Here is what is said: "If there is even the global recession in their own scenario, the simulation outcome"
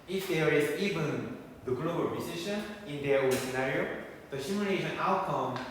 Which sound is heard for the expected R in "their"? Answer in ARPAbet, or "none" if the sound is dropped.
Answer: W